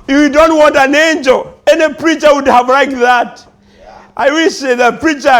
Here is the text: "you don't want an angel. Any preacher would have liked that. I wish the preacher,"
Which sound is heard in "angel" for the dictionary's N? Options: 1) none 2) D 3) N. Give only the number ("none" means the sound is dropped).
3